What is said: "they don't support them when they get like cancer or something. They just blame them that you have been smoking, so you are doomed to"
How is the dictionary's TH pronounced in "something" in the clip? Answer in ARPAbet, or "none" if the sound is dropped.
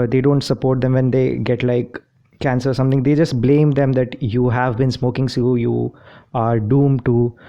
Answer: T